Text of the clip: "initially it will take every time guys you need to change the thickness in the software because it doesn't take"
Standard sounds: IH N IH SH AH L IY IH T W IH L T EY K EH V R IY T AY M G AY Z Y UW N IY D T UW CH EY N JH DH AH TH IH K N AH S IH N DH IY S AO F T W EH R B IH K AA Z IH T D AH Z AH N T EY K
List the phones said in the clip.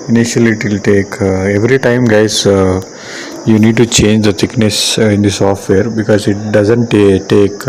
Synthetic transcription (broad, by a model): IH N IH SH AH L IY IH T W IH L T EY K EH V R IY T AY M G AY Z Y UW N IY D T UW CH EY N JH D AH T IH K N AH S IH N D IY S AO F T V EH R B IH K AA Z IH T D AH Z AH N T EY K